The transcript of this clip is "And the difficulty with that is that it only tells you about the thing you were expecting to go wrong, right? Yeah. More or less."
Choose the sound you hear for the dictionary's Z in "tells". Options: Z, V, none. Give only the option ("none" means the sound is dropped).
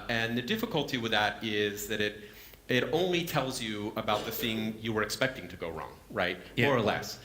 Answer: Z